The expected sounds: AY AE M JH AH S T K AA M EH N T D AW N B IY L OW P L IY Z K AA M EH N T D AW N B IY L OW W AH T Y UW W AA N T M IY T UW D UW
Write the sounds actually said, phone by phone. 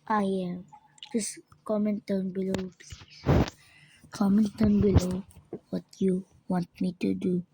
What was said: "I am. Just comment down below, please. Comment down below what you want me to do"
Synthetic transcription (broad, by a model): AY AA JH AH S K AA M EH N T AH N B IY L OW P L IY K AA M EH N T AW N B IY L OW W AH T Y UW W AA N T M IY T UW D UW